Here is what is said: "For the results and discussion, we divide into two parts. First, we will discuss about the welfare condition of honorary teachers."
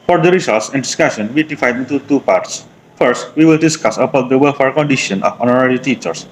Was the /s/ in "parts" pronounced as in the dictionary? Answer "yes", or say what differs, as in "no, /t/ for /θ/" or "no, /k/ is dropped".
yes